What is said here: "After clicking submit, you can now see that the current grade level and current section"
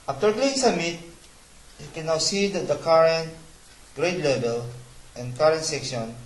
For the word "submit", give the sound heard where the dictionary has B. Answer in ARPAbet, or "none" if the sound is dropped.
none